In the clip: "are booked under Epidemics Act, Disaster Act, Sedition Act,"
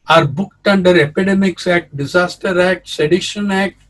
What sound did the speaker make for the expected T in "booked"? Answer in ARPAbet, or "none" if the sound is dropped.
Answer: T